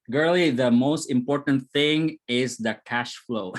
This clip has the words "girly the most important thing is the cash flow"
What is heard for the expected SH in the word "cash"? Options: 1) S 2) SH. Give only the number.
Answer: 2